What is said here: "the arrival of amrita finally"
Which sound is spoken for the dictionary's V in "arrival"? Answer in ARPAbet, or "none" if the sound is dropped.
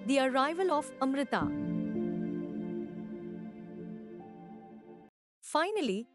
V